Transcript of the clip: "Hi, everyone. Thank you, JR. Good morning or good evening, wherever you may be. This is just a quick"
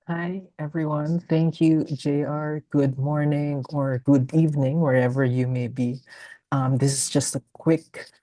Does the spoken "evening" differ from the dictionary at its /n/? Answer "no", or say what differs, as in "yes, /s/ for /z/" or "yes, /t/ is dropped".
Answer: no